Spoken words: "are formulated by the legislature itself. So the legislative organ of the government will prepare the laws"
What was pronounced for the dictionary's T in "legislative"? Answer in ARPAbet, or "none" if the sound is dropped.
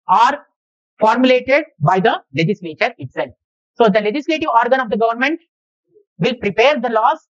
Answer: T